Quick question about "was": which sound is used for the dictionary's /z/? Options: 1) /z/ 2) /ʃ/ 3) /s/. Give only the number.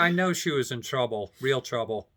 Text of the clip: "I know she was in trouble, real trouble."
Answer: 1